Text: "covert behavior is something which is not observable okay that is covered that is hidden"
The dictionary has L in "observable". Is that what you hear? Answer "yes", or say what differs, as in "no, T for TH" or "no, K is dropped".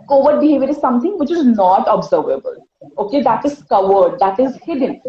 yes